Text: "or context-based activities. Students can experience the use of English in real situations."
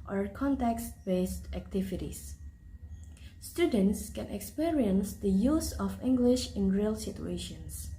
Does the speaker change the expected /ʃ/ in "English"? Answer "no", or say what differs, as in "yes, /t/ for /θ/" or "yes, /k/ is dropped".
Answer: no